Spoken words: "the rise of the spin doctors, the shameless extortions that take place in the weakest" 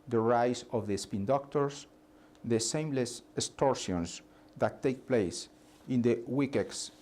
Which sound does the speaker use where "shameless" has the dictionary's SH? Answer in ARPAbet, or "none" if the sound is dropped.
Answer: S